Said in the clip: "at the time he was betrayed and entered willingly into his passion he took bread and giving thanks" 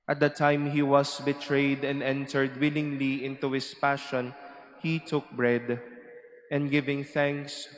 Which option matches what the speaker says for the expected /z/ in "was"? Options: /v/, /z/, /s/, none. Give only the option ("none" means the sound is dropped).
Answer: /s/